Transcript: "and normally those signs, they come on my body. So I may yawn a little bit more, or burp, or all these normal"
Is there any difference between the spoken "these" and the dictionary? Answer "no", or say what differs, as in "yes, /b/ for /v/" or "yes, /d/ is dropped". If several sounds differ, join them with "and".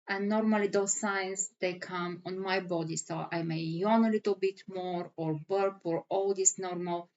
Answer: yes, /s/ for /z/